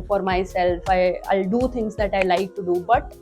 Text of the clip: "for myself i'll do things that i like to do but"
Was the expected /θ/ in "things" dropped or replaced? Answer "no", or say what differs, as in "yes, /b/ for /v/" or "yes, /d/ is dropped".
yes, /t/ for /θ/